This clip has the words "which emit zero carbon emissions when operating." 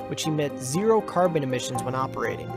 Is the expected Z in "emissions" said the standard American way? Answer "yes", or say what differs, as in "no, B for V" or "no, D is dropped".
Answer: yes